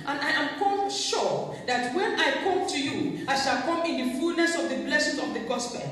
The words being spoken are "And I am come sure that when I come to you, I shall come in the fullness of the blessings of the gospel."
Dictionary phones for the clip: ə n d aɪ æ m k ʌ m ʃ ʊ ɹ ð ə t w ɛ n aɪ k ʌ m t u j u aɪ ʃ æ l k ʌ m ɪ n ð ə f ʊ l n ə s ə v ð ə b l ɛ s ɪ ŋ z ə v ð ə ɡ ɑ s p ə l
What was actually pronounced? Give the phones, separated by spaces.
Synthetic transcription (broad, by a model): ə n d aɪ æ m k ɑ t ʃ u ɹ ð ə t w ɛ n aɪ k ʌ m t u j u aɪ ʃ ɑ l k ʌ m ɪ n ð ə f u l n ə s ə v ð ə b l ɛ s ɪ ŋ ə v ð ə ɡ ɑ s p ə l